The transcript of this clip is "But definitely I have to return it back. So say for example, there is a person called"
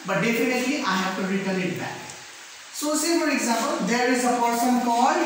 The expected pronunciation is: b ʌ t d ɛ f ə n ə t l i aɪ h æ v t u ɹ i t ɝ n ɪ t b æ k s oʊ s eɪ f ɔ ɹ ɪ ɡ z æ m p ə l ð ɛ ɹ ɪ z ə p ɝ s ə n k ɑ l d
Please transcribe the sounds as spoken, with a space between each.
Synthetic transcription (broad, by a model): b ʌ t d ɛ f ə n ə t l i aɪ h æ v t u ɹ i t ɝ l ɪ t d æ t s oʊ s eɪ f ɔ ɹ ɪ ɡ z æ m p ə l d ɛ ɹ ɪ z ə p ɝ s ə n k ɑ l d